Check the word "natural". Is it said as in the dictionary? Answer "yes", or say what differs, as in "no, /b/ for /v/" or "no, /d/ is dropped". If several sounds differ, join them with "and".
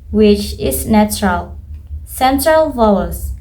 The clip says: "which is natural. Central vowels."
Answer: yes